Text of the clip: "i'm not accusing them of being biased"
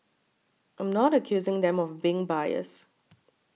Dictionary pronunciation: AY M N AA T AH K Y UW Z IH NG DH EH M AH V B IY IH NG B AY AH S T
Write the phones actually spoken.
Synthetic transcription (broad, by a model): AY M N AA T AH K Y UW Z IH NG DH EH M AH V B IY IH NG B AY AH S